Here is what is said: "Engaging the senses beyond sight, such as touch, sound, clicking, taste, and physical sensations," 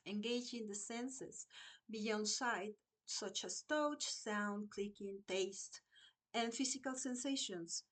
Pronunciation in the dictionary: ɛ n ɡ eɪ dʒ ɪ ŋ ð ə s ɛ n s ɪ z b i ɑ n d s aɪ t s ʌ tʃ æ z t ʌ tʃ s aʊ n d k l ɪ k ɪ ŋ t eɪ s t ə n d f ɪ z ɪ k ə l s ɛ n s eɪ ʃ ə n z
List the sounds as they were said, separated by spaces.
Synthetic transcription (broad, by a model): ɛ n ɡ eɪ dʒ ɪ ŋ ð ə s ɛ n s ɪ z b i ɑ n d s aɪ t s ʌ tʃ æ s t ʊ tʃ s aʊ n d k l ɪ k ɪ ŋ t eɪ s t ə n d f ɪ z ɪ k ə l s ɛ n s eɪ ʃ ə n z